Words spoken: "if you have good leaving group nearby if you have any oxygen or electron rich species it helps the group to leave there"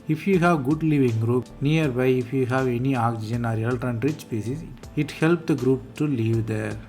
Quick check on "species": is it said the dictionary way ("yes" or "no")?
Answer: no